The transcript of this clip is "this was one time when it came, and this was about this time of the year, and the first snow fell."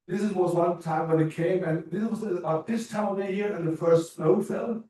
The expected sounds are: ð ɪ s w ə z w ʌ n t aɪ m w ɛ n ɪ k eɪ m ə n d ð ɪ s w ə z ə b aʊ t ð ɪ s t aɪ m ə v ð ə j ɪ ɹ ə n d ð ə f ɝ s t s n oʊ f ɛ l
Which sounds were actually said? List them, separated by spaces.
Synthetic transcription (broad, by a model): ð ɪ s w ə z w ʌ n t aɪ m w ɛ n ɪ k eɪ m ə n ð ɪ s w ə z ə aʊ ð ɪ s t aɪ ə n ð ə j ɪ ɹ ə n ð ə f ɝ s s n oʊ f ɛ l